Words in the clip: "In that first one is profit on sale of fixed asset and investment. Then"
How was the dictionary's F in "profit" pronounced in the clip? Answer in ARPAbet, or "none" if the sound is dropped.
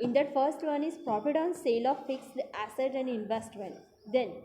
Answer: P